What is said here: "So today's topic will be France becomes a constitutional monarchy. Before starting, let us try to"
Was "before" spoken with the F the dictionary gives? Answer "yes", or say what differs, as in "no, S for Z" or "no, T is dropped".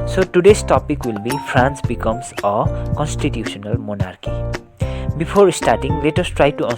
no, P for F